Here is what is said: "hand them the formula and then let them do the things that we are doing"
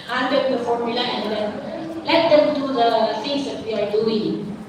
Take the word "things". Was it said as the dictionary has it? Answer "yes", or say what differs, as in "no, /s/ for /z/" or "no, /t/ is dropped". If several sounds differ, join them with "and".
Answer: no, /f/ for /θ/